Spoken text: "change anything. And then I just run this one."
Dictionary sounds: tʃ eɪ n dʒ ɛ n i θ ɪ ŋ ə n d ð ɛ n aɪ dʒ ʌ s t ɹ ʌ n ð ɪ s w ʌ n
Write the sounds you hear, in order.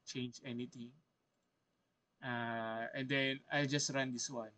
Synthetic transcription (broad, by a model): tʃ eɪ n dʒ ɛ n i t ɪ ŋ ə n d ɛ n aɪ dʒ ʌ s t ɹ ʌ n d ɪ s w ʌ n